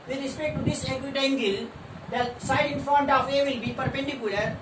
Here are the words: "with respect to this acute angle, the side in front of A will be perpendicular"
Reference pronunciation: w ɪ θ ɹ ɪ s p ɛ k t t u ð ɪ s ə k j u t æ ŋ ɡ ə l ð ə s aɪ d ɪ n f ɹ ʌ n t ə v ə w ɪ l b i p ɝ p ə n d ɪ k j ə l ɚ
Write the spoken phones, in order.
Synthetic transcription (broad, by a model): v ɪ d ɹ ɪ s p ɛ k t t u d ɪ s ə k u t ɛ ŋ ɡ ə l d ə s aɪ d ɪ n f ɔ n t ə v ə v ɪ l b i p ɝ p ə n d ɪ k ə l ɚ